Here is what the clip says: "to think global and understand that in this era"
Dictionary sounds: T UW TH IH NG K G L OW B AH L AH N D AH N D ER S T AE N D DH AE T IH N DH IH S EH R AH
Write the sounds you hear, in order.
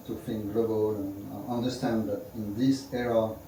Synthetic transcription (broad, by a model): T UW F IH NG G L OW B AH L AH N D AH N D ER S T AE N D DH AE T IH N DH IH S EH R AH